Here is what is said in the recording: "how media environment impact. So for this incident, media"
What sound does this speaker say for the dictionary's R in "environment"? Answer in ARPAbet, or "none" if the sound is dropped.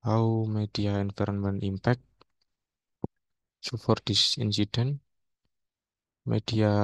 R